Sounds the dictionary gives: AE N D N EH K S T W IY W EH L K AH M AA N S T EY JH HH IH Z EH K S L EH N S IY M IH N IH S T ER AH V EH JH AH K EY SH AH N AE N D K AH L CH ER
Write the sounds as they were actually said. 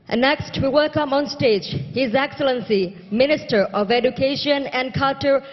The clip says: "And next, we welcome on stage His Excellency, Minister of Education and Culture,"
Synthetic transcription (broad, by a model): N N EH K S T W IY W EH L K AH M AA N S T EY JH HH IH Z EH K S L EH N S IY M IH N IH S T ER AH V EH JH AH K EY SH AH N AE N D K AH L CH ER